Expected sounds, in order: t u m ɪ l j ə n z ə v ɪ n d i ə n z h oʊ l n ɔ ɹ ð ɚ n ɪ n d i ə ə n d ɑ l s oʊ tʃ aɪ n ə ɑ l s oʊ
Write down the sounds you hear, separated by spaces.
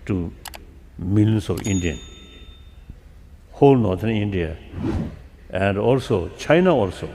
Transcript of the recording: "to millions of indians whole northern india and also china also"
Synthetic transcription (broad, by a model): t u m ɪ l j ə n s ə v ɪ n d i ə n h oʊ l n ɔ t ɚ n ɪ n d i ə ə n d ɑ l s oʊ tʃ aɪ n ə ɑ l s oʊ